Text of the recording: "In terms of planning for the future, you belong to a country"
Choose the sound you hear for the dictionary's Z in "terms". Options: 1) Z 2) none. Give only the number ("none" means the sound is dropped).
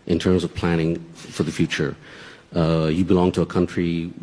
1